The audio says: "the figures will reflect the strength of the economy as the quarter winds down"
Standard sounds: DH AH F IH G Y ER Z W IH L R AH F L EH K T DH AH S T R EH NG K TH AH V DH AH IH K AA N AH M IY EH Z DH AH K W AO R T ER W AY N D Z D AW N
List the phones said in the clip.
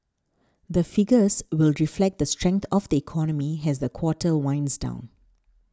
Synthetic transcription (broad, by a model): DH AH F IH G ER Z W IH L R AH F L EH K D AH S T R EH NG K T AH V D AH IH K AA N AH M IY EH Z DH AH K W AO T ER W AY N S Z D AW N